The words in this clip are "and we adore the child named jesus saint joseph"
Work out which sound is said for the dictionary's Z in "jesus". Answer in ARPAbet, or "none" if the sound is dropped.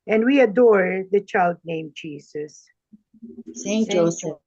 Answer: S